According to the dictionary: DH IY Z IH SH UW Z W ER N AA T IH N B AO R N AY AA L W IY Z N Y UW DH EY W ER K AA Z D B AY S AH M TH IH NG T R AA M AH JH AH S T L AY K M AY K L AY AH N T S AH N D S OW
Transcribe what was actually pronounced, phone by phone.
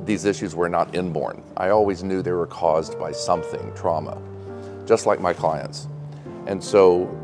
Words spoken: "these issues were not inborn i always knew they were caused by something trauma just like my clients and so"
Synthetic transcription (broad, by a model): DH IY Z IH SH UW Z W ER N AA T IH N B AO R N AY AA L W IY Z N Y UW DH EY W ER K AA Z B AY S AH M TH IH NG T R AA M AH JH AH S T L AY K M AY K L AY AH N T S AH N S OW